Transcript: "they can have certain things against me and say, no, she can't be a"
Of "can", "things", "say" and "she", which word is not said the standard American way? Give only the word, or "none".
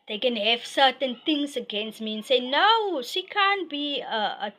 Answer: things